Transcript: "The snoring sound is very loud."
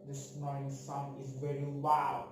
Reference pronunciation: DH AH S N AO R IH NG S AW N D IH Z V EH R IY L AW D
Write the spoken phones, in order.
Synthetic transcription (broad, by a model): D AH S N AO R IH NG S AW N IH Z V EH R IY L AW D